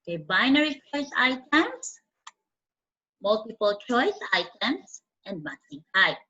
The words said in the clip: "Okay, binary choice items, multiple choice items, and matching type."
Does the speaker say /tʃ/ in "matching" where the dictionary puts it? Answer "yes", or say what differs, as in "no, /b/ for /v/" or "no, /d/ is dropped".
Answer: no, /s/ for /tʃ/